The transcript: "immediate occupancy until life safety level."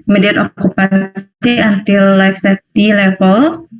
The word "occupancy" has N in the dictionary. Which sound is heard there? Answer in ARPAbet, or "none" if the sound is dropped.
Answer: none